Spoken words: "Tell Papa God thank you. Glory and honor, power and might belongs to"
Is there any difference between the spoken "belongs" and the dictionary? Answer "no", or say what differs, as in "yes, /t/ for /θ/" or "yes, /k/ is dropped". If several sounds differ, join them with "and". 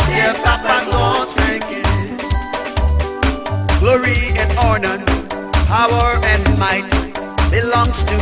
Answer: no